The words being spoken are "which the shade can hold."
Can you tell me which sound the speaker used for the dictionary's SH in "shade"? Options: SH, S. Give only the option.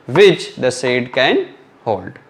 S